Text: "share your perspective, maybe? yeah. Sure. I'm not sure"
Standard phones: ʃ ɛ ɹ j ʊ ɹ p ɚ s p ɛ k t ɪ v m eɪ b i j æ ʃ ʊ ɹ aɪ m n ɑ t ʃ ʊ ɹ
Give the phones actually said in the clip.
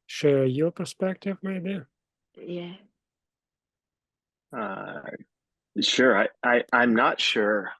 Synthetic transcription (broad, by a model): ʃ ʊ ɹ j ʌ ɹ p ɚ s p ɛ k t ɪ v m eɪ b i j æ ʃ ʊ ɹ aɪ m n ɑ t ʃ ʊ ɹ